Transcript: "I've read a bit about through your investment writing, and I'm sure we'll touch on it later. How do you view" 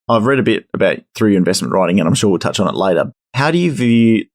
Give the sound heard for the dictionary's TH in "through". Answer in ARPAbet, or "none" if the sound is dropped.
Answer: TH